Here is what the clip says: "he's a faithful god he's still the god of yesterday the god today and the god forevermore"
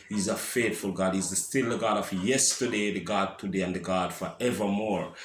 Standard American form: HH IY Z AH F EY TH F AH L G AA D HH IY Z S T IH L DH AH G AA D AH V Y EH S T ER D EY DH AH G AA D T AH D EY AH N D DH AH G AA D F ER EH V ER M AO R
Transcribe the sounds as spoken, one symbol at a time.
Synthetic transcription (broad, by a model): HH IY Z AH F EY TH F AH L G AA D HH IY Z S T IH L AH G AA D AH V Y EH S T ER D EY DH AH G AA D T AH D EY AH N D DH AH G AA D F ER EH V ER M AO R